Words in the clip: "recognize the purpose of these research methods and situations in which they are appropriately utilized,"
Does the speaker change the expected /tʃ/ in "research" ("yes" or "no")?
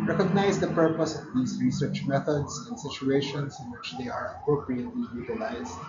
no